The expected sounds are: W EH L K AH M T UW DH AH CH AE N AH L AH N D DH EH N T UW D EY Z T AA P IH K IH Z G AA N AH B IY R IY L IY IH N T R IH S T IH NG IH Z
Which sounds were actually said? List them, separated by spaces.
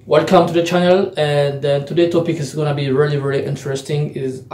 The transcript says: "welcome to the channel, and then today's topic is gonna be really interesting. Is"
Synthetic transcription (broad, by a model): W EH L K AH M T UW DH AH CH AE N AH L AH N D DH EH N T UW D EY T AA P IH K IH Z G AA N AH B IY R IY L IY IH N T R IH S T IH NG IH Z